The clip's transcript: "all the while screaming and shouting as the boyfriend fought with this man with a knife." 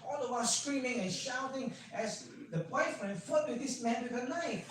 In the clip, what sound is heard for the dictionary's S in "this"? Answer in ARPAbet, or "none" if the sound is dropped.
S